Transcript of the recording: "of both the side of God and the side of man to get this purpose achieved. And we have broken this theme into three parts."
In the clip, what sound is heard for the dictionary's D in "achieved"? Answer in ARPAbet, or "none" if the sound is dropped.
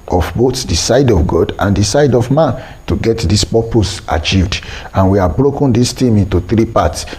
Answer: D